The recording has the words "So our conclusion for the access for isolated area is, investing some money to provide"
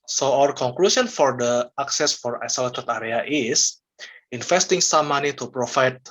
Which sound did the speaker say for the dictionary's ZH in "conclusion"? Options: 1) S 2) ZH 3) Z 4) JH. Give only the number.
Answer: 1